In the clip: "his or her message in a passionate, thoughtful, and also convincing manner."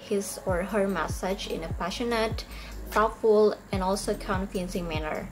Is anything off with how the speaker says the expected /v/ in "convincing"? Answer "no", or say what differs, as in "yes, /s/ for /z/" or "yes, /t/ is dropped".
yes, /f/ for /v/